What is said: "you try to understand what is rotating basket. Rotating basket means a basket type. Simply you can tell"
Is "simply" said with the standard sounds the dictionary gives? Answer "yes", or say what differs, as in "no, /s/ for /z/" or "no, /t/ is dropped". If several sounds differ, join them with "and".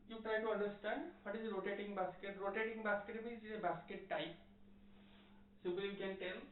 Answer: no, /m/ is dropped